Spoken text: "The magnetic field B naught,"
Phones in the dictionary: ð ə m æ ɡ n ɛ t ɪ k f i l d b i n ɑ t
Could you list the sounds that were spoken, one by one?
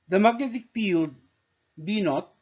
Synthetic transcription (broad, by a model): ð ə m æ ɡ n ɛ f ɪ k p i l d b i n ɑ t